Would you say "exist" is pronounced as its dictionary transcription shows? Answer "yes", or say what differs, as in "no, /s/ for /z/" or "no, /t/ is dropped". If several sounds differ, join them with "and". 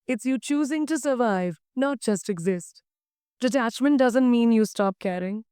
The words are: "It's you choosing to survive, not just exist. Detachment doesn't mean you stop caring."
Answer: yes